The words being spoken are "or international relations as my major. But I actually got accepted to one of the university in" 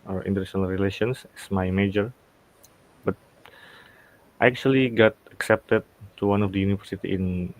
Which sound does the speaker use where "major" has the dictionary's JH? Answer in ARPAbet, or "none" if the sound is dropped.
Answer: JH